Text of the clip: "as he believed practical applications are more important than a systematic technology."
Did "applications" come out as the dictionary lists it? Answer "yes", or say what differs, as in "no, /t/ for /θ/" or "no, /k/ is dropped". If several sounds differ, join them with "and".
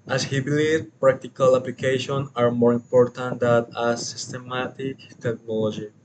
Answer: no, /z/ is dropped